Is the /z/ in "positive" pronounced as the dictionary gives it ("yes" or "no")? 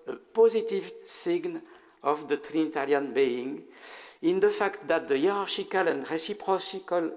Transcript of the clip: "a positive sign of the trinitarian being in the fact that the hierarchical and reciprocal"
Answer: yes